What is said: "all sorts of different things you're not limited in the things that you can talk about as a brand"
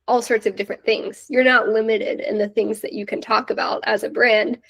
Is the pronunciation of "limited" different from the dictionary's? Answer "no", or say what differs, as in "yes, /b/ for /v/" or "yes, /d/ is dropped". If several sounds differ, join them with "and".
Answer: no